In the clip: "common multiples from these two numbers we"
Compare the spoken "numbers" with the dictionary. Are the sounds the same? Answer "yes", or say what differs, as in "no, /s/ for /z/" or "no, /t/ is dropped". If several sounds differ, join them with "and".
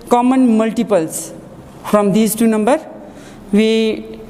no, /z/ is dropped